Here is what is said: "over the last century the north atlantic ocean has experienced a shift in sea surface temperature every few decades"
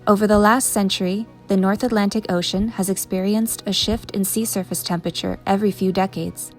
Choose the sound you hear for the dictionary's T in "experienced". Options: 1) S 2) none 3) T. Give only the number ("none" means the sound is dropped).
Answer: 3